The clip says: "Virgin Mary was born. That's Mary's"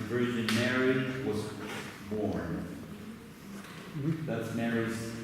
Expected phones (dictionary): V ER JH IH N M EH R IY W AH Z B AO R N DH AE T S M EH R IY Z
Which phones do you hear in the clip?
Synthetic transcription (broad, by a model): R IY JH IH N M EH R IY W AH Z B AO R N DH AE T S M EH R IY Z